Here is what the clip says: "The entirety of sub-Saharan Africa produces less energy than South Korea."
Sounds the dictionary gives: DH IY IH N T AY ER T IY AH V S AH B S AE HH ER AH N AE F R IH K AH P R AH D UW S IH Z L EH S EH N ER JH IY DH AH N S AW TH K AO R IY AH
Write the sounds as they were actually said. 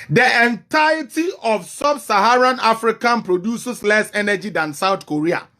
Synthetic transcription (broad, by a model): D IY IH N T AY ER T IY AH F S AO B S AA HH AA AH N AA F R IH K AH P R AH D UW S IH S L EH S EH N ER JH IY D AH N S AW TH K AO R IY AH